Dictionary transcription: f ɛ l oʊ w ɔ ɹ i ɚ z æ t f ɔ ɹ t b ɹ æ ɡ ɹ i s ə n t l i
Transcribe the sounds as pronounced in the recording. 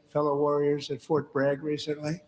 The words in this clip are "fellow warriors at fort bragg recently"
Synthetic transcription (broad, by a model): f ɛ l oʊ w ɔ ɹ i ɚ z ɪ t f ɔ ɹ t b ɹ æ ɡ ɹ i s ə n t l i